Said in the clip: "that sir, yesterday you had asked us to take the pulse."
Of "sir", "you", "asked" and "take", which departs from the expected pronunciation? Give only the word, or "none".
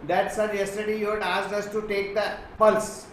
asked